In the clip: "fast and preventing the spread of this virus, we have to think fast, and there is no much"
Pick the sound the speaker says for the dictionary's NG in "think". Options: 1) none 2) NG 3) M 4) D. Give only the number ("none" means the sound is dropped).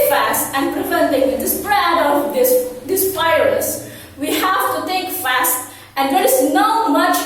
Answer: 1